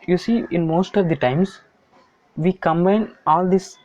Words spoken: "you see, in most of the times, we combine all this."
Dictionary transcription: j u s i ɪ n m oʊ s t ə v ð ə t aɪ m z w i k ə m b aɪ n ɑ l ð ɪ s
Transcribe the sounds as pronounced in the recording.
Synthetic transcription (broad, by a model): j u s i ɪ n m oʊ s t ə v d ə t aɪ m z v i k ə m b aɪ n ɑ l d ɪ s